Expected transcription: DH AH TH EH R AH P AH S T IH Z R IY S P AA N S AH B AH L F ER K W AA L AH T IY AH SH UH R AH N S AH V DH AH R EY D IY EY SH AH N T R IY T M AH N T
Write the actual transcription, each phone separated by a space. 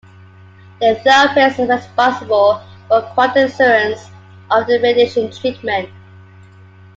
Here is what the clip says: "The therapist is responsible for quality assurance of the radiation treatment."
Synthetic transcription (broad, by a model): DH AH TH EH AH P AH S IH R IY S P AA S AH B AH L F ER K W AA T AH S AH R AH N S AH V DH AH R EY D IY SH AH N T R IY T M AH N T